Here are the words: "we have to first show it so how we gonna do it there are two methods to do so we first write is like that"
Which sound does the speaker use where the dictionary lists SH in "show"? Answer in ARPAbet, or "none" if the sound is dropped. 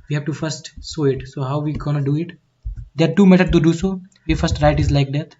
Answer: S